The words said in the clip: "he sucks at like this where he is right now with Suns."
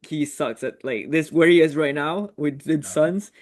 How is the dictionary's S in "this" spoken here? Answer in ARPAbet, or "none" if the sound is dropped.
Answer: S